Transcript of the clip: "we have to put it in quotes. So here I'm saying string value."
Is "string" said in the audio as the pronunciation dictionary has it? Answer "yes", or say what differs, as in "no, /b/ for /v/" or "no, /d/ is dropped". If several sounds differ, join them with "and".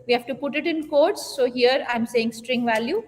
yes